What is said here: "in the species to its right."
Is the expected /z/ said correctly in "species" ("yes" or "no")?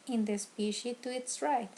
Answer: no